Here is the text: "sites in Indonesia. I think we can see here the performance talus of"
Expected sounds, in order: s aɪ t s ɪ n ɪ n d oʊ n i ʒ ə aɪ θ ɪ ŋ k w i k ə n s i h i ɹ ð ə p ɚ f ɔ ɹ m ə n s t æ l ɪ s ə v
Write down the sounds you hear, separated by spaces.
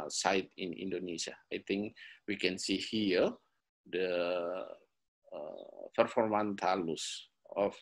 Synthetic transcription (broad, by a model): s aɪ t ɪ n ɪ n d oʊ n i s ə aɪ t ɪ ŋ k w i k ə n s i h i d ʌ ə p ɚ f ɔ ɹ m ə n t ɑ l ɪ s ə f